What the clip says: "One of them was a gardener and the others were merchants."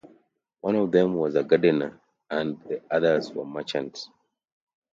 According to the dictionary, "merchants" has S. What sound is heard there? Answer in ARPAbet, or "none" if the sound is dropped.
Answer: none